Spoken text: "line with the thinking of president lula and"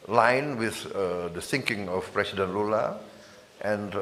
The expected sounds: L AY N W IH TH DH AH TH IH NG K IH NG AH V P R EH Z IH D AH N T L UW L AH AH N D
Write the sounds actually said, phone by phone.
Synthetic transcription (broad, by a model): L AY N W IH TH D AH S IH NG K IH NG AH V P R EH S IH D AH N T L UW L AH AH N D